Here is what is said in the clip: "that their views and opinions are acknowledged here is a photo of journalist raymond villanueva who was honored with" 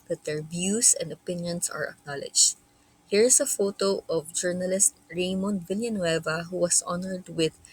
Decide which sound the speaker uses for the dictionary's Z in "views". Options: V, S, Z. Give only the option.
S